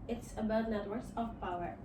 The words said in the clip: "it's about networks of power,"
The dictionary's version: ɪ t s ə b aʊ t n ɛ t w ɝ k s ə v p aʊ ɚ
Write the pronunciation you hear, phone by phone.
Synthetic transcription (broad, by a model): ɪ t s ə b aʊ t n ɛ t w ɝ s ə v p aʊ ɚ